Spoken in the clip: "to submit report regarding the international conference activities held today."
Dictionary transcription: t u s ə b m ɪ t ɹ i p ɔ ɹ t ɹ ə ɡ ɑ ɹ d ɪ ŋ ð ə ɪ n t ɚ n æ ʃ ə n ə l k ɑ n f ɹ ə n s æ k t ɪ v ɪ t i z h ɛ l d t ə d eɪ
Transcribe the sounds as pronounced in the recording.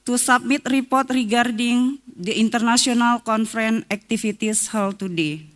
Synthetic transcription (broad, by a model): t u s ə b m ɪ t ɹ i p ɔ ɹ t ɹ ə ɡ ɑ ɹ d ɪ ŋ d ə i n t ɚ n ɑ s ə n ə l k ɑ n f ɹ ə n æ k t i f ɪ t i s h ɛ l t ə d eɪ